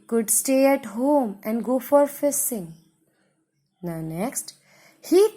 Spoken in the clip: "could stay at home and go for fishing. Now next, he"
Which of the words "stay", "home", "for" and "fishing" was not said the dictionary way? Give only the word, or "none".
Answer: fishing